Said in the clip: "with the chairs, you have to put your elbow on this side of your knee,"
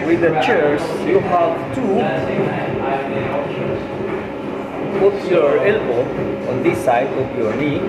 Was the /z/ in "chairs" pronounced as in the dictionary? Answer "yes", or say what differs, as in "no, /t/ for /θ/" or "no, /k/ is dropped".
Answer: no, /s/ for /z/